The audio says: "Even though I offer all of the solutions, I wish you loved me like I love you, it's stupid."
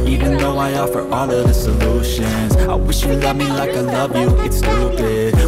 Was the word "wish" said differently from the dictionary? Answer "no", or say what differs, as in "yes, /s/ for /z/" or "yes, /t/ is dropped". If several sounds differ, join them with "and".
no